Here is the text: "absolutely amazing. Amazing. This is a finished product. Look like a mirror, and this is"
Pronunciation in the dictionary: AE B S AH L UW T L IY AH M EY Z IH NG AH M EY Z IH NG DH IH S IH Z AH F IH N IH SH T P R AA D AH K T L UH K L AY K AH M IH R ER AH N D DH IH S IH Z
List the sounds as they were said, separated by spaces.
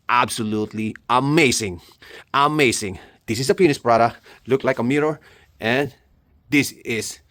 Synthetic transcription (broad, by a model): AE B S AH L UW T L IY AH M EY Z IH NG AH M EY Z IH NG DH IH S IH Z AH P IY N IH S P R AA D AH K T L UH K L AY K AH M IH R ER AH N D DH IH S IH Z